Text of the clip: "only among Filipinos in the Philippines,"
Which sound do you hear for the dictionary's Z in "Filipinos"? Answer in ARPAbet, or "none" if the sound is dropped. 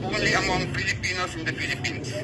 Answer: S